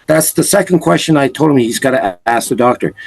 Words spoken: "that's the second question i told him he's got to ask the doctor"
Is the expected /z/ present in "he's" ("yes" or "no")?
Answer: yes